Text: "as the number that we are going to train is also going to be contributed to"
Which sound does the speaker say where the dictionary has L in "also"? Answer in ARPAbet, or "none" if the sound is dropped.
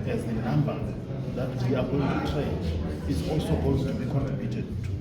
L